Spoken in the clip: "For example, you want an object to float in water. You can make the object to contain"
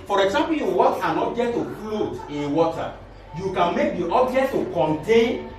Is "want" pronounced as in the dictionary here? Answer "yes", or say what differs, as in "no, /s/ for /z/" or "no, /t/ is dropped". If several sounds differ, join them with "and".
no, /n/ is dropped